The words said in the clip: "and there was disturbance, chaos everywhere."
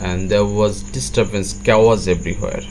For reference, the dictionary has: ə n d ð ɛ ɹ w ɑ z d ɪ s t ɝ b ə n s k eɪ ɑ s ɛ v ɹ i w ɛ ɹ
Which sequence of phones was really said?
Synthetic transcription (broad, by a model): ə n d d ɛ ɹ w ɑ z d ɪ s t ɝ b ə n s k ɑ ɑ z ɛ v ɹ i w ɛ ɹ